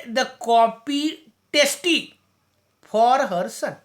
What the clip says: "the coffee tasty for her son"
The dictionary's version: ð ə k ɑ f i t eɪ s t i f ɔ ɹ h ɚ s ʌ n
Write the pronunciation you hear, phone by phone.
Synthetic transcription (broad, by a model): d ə k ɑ p i t eɪ s t i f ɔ ɹ h ɚ s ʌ n